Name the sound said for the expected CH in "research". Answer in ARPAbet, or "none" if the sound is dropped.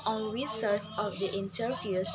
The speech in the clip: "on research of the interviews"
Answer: S